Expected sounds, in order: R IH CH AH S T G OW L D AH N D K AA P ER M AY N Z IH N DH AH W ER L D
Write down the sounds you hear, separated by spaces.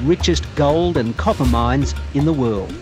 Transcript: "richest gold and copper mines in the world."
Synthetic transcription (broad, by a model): R IH CH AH S G OW L D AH N K AA P ER M AY N Z IH N DH AH W ER L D